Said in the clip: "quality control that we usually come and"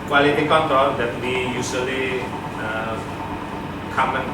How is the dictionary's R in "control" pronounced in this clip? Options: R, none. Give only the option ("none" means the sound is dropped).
none